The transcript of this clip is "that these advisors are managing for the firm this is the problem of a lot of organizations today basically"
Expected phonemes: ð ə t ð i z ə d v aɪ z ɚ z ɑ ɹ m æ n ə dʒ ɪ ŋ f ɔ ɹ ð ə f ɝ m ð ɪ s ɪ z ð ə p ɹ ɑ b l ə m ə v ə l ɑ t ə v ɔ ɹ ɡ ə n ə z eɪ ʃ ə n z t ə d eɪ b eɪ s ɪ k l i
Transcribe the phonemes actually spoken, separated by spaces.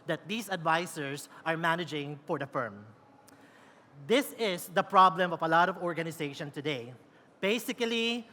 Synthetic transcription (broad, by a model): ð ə t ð i s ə d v aɪ s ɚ s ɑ ɹ m æ n ə dʒ ɪ ŋ f ɔ ɹ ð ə f ɝ m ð ɪ s ɪ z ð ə p ɹ ɑ b l ə m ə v ə l ɑ t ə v ɔ ɹ ɡ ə n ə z eɪ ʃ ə n t ə d eɪ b eɪ s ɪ k l i